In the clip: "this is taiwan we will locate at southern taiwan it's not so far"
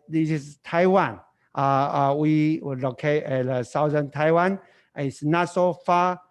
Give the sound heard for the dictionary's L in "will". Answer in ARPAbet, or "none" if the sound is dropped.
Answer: W